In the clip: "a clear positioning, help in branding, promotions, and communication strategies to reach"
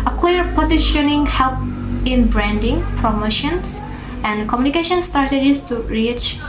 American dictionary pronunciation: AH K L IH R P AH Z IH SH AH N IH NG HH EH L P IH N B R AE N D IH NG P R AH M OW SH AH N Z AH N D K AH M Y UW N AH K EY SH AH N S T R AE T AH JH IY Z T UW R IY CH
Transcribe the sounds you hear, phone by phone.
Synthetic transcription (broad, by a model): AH K L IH R P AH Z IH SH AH N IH NG HH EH L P IH N B R AE N D IH NG P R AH M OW SH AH N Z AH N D K AH M Y UW N AH K EY SH AH N S T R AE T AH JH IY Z T UW R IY CH